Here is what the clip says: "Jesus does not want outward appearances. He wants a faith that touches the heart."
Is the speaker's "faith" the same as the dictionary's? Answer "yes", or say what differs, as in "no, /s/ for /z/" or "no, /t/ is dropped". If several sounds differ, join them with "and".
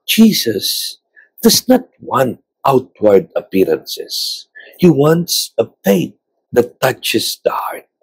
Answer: no, /p/ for /f/